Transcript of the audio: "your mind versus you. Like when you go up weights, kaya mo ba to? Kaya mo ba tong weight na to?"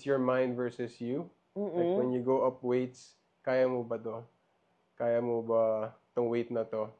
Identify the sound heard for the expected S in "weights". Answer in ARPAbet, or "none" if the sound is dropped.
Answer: S